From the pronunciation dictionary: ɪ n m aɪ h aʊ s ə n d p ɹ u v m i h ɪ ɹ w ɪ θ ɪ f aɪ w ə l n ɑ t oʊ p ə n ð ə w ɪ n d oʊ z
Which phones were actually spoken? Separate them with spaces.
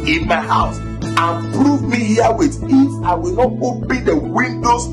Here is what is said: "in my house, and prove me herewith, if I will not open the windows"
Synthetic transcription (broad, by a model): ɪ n m aɪ h aʊ s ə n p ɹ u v m i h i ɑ w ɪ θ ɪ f aɪ w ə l n ɑ t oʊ b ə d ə w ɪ n d oʊ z